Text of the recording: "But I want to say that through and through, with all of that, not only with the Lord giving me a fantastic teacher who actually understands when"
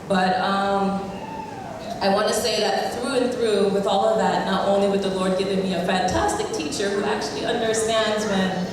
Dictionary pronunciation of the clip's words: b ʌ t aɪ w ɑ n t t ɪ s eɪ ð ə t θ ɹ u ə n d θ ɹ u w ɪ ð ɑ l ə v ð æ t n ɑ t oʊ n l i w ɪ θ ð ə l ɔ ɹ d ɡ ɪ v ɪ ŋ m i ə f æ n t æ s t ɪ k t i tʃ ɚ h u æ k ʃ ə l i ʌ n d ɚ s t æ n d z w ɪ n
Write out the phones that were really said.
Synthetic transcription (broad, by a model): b ʌ t aɪ w ɑ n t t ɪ s eɪ ð ə t θ ɹ u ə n θ ɹ u w ɪ ð ɑ l ə v ð æ t n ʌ t oʊ n l i w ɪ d ð ə l ɔ ɹ d ɡ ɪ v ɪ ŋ m i ə f æ n t æ s t ɪ k t i tʃ ɚ h u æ k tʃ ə l i ʌ n d ɚ s t æ n d z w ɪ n